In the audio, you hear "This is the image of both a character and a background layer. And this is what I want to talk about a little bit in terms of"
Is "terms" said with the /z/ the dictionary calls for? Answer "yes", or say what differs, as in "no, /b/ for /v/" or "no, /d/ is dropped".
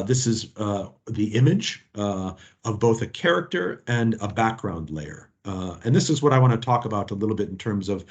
yes